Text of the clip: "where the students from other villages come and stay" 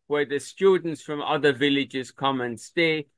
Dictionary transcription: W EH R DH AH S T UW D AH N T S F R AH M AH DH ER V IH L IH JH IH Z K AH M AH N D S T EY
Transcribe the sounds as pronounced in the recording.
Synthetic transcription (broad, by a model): W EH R DH AH S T UW D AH N T S F R AH M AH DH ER V IH L IH JH IH Z K AH M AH N S T EY